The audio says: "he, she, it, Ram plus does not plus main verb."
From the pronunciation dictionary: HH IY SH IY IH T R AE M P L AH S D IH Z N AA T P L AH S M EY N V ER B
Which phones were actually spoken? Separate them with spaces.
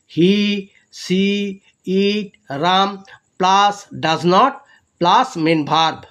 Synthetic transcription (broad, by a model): HH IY S IY IH T R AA M P L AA S D IH Z N AA T P L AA S M EY N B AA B